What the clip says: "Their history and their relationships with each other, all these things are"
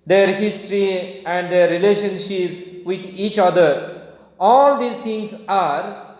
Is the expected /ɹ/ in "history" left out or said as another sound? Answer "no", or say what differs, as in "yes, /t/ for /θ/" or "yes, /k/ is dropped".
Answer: no